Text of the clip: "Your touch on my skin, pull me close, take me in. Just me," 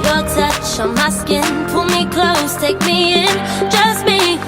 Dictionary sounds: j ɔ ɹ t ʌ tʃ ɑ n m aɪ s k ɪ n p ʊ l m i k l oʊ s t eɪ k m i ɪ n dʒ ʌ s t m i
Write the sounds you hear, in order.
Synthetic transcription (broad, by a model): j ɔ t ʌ ʃ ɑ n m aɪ s k ɪ n p ʊ l m i k l oʊ s t eɪ k m i ɪ n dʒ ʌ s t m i